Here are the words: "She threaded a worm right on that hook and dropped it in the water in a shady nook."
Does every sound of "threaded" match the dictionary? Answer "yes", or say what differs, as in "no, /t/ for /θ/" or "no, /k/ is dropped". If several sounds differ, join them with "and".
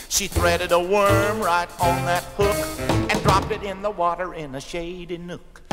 yes